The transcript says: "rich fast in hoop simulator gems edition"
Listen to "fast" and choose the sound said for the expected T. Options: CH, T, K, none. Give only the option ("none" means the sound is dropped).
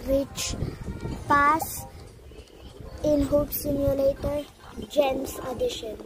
none